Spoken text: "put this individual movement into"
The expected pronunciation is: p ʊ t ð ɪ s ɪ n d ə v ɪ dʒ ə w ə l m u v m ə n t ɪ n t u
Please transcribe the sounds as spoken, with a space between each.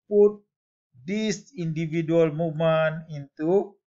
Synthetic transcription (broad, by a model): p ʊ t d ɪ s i n d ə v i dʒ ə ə l m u m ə n ɪ n t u